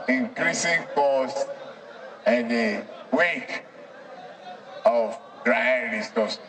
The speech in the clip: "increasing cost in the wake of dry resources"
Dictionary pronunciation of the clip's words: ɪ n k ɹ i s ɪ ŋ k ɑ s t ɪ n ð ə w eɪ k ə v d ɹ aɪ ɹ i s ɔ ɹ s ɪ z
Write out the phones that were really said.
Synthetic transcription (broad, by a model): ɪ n k ɹ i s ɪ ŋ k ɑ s ɪ n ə w eɪ k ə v d ɹ aɪ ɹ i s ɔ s